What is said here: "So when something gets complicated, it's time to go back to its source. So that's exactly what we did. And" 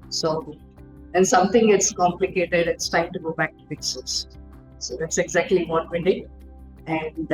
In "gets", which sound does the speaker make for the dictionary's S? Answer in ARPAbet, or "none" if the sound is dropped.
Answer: S